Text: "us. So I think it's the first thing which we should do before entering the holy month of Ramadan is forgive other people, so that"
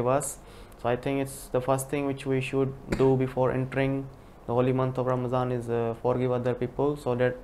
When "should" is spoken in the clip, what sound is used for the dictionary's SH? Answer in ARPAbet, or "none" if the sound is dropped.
SH